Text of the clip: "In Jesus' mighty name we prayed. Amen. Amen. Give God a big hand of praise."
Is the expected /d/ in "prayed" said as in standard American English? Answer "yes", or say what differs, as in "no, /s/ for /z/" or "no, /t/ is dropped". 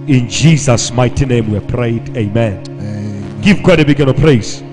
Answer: no, /d/ is dropped